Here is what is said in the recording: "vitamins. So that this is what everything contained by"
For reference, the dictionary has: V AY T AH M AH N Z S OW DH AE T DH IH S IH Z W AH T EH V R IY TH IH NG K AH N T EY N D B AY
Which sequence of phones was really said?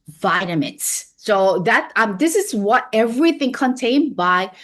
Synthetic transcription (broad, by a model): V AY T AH M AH N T S OW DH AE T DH IH S IH Z W AH T EH V R IY TH IH NG K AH N T EY N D B AY